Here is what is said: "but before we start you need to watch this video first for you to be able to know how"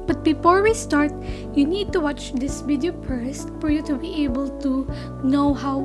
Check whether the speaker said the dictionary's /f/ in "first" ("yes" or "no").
no